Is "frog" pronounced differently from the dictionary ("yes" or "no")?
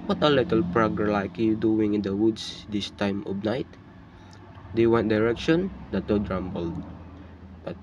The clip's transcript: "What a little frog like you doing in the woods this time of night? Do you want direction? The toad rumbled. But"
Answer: yes